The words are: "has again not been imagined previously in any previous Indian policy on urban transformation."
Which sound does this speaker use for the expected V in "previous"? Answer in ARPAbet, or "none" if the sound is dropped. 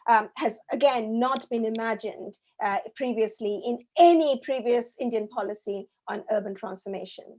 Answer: V